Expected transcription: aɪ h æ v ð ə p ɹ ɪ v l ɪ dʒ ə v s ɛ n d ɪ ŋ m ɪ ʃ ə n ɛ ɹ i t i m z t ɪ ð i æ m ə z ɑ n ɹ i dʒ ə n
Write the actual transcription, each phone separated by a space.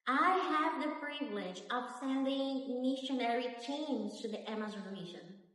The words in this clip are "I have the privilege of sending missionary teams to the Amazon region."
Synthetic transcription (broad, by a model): aɪ h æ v ð ə p ɹ ɪ v l ɪ dʒ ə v s ɛ n d ɪ ŋ m ɪ ʃ ə n ɛ ɹ i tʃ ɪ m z t ɪ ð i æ m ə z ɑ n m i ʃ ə n